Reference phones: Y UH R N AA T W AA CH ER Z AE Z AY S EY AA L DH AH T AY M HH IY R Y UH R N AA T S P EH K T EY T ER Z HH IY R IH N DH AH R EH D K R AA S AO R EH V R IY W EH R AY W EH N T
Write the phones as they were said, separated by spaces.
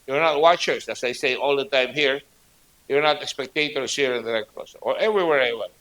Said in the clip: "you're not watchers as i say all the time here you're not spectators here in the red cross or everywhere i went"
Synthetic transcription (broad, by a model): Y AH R N AA T W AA CH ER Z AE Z AY S EY AA L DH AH T AY M HH IY R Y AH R N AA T S P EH K T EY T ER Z HH IY R IH N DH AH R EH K AA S AO R EH V R IY W EH R AY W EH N